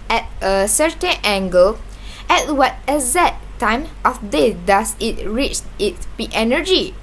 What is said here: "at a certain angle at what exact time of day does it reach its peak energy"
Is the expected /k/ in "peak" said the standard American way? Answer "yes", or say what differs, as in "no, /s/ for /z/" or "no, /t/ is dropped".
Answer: no, /k/ is dropped